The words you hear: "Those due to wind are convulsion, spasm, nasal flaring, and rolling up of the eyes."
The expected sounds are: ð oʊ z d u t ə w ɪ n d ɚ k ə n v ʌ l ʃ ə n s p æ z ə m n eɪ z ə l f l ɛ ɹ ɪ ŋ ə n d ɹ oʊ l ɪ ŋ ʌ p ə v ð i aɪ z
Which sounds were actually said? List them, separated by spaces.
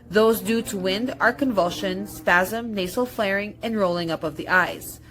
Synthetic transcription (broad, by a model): ð oʊ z d u t ə w ɪ n d ɚ k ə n v ʌ l ʃ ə n s p æ z ə m n eɪ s l f l ɛ ɹ ɪ ŋ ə n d ɹ oʊ l ɪ ŋ ʌ p ə v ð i aɪ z